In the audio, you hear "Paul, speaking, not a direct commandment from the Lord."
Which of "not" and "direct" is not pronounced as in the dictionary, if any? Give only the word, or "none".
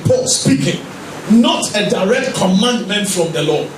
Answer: none